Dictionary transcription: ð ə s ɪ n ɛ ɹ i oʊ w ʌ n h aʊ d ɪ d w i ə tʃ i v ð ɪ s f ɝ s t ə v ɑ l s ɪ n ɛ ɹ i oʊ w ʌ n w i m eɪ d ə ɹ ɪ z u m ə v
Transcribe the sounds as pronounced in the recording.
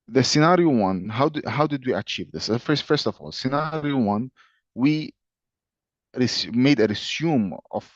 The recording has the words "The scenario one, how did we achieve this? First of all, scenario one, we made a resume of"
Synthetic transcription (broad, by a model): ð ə s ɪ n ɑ ɹ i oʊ w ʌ n h aʊ d ɪ d w i ə tʃ i v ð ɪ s f ɝ s t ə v ɑ l s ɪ n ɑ ɹ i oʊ w ʌ n w i m eɪ d ə ɹ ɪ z u m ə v